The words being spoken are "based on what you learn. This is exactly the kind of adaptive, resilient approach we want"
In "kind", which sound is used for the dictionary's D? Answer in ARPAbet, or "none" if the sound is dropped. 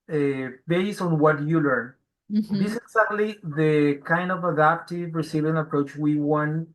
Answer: D